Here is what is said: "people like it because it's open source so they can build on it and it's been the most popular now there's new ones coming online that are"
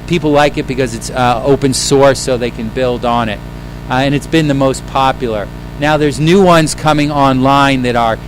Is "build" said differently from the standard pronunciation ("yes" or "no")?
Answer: no